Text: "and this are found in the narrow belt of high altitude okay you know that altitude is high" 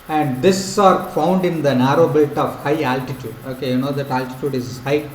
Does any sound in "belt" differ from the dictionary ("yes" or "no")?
yes